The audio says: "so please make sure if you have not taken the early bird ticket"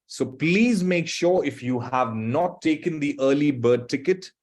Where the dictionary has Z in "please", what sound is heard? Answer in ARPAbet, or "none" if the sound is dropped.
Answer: Z